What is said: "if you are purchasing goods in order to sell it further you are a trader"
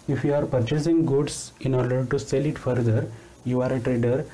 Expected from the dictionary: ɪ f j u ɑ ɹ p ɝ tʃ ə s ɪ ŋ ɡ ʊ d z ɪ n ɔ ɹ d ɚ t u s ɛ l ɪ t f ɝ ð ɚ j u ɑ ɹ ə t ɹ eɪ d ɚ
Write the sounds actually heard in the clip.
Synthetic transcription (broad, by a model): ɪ f j u ɑ ɹ p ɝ tʃ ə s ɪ ŋ ɡ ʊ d s ɪ n ɔ ɹ d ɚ t u s ɛ l ɪ t f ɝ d ɚ j u ɑ ɹ ə t ɹ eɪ d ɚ